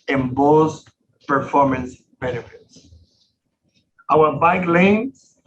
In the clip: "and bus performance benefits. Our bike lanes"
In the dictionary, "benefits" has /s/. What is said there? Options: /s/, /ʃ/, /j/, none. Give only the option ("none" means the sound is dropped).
/s/